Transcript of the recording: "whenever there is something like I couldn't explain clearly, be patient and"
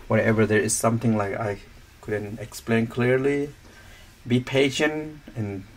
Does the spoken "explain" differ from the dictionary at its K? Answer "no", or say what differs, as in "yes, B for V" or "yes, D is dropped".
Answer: no